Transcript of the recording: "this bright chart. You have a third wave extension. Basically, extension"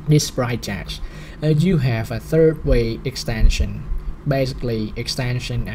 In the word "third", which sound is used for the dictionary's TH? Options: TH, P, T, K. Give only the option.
TH